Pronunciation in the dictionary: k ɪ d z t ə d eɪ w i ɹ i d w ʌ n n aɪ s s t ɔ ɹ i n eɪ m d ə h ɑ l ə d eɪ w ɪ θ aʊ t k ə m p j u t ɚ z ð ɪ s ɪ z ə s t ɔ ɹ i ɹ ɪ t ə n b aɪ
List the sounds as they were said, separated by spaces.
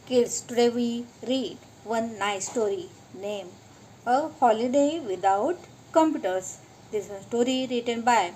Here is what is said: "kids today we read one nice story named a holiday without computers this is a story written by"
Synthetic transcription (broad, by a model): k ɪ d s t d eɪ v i ɹ i d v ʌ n n aɪ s s t ɔ ɹ i n eɪ m ə h ɑ l ə d eɪ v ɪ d aʊ t k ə m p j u t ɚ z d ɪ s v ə s t ɔ ɹ i ɹ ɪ t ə n b aɪ